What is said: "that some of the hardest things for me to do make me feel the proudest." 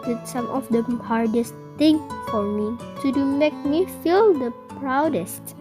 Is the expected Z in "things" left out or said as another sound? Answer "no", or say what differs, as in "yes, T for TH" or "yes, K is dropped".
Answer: yes, Z is dropped